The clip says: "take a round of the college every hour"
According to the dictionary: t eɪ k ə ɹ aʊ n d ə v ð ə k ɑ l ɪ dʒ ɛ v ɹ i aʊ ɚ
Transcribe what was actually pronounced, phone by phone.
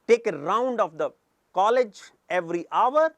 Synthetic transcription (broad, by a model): t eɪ k ə ɹ aʊ n d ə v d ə k ɑ l ɪ dʒ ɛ v ɹ i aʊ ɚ